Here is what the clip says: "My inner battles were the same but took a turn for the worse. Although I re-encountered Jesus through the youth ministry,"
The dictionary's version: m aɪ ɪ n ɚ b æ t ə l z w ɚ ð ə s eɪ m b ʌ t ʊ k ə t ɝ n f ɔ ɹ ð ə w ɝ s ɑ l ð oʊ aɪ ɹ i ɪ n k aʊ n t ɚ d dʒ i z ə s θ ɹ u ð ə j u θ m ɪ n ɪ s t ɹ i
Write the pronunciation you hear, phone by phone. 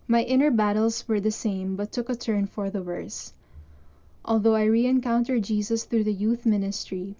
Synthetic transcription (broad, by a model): m aɪ ɪ n ɚ b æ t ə l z w ɚ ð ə s eɪ m b ʌ t ʊ k ə t ɝ n f ɔ ɹ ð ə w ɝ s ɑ l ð oʊ aɪ ɹ i ɪ n k aʊ n t ɚ d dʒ i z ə s θ ɹ u ð ə j u θ m ɪ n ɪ s t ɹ i